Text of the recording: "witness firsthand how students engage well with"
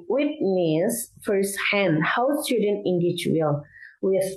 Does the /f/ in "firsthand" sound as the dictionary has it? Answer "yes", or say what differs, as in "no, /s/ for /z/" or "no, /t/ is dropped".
yes